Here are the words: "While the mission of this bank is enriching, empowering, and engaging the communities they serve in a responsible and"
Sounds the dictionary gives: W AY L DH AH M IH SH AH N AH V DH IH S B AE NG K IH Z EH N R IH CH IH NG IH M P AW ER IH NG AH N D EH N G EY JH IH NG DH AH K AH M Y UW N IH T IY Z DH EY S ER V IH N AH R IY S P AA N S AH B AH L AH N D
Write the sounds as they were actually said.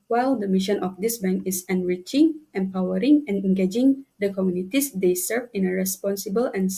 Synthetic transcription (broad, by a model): W AY L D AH M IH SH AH N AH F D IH S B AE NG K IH S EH N R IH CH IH NG IH M P AW ER IH NG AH N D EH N G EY JH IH NG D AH K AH M Y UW N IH T IY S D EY S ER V IH N AH R IY S P AA N S AH B AH L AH N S